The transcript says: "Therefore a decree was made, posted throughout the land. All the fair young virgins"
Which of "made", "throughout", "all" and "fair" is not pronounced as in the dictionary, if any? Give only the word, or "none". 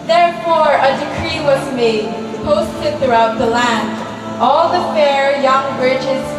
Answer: none